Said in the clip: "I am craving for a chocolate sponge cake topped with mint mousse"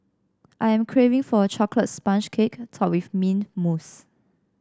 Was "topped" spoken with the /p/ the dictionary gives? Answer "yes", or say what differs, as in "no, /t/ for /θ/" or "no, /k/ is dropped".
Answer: no, /p/ is dropped